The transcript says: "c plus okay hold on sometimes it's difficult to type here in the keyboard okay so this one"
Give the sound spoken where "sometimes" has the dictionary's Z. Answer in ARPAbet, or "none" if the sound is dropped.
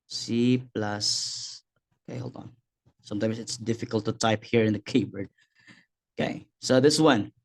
S